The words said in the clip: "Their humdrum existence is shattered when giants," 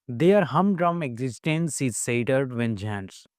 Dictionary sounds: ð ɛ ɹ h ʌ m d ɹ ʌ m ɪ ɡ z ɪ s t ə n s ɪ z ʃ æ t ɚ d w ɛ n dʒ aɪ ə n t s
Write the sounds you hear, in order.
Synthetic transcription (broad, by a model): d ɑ ɹ h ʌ m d ɹ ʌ m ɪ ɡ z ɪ s t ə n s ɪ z s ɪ t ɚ d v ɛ n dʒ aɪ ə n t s